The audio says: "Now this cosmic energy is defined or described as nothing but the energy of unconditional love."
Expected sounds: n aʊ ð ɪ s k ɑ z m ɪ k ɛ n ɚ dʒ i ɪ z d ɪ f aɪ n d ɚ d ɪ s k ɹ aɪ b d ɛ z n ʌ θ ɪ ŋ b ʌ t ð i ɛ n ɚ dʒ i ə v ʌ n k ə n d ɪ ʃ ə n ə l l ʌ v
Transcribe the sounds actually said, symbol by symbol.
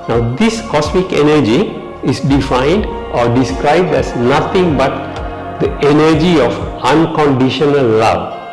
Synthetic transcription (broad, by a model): n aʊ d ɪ s k ɑ s m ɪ k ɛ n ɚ dʒ i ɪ s d ɪ f aɪ n d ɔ d ɪ s k ɹ aɪ b d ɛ s n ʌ t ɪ ŋ b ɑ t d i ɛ n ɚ dʒ i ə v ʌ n k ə n d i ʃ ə n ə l l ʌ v